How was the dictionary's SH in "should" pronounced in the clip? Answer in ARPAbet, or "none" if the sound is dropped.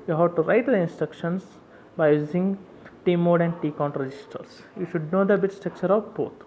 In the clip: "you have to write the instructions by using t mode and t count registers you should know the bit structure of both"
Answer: SH